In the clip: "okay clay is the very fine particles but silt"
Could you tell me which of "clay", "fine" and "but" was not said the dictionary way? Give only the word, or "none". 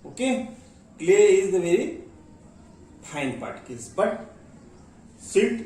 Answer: fine